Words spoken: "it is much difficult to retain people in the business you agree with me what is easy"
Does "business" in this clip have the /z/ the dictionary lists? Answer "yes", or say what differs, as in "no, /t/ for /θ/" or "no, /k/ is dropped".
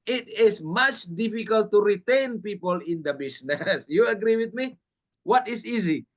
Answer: no, /s/ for /z/